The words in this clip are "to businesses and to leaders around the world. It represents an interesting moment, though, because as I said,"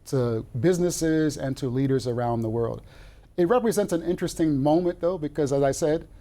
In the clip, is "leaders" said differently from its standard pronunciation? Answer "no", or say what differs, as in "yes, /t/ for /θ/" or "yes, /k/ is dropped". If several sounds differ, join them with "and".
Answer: no